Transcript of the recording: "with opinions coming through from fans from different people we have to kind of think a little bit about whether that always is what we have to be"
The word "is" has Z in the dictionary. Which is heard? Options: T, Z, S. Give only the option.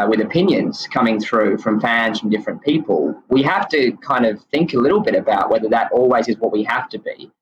Z